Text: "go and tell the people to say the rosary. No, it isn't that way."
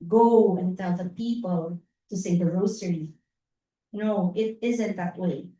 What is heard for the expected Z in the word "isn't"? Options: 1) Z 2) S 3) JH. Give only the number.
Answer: 1